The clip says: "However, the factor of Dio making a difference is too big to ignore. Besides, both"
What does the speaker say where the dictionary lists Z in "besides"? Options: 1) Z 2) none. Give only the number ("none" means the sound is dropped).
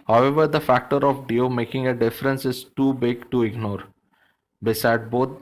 2